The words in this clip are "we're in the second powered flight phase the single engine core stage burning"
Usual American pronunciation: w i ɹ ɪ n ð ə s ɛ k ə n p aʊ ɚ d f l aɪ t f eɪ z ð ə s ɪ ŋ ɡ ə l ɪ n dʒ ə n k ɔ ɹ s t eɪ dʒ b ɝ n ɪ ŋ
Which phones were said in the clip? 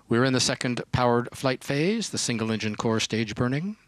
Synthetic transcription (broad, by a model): w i ɹ ɪ n ð ə s ɛ k ə n p aʊ ɚ d f l aɪ t f eɪ z ð ə s ɪ ŋ ɡ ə l ɪ n dʒ ə n k ɔ ɹ s t eɪ dʒ b ɝ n ɪ ŋ